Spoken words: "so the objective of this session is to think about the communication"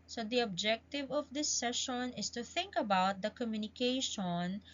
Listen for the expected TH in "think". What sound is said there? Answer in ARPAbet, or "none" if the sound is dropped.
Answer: TH